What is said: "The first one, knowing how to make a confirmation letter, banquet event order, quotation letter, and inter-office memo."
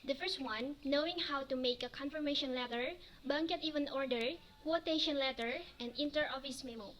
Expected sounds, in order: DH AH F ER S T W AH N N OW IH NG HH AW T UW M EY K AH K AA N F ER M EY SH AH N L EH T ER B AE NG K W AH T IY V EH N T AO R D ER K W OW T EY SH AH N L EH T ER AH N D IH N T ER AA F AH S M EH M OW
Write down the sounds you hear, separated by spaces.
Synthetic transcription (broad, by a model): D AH F ER S T W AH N N OW IH NG HH AW T UW M EY K AH K AA N F ER M EY SH AH N L EH T ER B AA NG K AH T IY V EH N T AO R D ER K W OW T EY SH AH N L EH T ER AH N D IH N T ER AA F AH S M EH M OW